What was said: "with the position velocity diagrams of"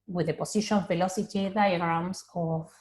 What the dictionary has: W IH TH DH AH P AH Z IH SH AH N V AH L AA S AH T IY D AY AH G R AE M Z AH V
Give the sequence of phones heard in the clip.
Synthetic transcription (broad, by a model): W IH DH AH P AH S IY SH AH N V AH L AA S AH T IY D AY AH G R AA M S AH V